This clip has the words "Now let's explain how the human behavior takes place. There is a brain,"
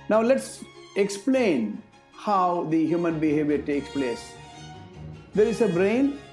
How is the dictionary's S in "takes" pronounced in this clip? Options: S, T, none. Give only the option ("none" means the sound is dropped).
S